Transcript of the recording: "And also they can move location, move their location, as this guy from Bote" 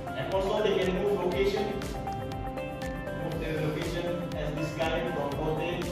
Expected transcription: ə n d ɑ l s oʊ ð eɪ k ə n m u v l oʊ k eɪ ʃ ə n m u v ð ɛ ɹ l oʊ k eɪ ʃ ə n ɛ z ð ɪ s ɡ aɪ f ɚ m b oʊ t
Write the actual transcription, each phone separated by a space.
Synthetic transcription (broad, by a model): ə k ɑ s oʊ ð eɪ k ə n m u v l oʊ k eɪ ʃ ə n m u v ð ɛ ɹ l oʊ k eɪ ʃ ə n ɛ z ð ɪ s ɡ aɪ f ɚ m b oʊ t